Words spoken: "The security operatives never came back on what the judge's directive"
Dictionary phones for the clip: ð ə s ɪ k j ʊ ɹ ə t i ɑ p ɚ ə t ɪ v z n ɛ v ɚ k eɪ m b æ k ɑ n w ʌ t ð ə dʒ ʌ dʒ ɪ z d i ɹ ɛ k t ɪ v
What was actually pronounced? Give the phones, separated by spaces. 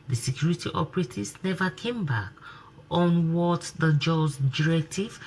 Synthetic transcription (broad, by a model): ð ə s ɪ k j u ɹ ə t i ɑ p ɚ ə t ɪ z n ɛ v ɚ k eɪ m b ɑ k ɑ n w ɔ t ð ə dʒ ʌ dʒ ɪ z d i ɹ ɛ k t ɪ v